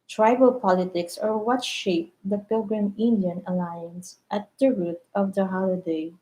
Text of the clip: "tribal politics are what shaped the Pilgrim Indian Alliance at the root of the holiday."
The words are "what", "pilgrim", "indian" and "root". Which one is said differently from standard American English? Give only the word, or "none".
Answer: none